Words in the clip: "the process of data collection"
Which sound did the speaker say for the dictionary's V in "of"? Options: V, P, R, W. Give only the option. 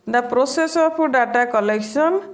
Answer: P